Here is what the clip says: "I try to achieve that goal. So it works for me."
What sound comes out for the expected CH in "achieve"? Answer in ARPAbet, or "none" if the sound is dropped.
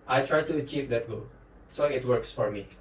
CH